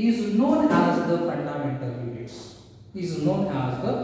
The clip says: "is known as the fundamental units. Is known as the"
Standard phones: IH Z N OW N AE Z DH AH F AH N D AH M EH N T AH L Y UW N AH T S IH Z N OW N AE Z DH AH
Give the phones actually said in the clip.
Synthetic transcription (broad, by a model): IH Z N OW N AE Z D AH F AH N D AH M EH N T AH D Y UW AH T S IH Z N OW N AE Z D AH